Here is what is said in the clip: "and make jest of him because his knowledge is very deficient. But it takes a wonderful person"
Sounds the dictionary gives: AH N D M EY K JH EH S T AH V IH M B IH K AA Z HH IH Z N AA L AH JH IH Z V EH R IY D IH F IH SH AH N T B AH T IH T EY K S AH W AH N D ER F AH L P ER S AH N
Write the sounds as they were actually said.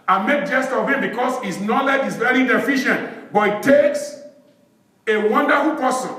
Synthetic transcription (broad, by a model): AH M EY K JH EH S T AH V IH M B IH K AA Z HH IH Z N AA L AH JH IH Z V EH R IY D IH F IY SH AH N T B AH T IH T EY K S AH W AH N D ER F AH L P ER S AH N